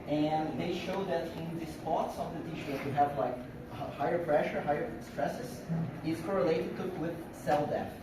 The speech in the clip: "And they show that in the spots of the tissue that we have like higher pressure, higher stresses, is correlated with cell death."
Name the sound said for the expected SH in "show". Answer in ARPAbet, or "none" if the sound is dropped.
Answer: SH